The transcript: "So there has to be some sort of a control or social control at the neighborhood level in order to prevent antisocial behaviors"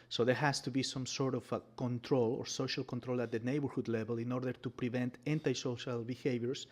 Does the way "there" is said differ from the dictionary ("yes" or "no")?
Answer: no